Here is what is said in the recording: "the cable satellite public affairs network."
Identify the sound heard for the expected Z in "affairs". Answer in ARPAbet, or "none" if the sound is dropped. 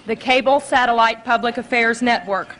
Z